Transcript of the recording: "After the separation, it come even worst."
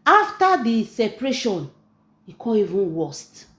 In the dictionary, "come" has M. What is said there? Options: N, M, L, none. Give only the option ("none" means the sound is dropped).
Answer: none